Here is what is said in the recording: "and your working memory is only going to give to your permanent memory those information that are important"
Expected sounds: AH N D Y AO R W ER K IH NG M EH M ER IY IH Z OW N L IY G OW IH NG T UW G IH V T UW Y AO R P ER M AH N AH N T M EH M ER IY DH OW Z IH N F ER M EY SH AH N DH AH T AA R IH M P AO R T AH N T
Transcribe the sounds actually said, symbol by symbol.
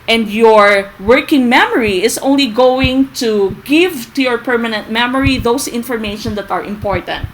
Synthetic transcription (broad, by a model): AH N D Y AO R W ER K IH NG M EH M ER IY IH S OW N L IY G OW IH NG T UW G IH V T UW Y AO R P ER M AH N AH N T M EH M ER IY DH OW S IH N F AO M EY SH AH N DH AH T AA R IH M P AO R T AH N T